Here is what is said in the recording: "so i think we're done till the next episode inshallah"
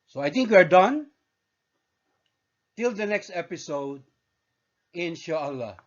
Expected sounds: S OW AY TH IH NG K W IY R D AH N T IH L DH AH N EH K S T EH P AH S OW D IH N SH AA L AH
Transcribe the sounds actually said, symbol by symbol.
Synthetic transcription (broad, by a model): S OW AY T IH NG K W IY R D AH N T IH L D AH N EH K S T EH P AH S OW D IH N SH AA L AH